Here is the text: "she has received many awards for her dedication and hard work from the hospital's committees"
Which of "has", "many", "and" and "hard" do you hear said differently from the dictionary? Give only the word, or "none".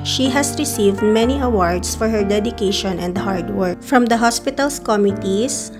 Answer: has